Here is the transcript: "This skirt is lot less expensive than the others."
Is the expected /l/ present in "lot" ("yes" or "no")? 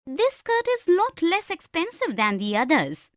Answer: no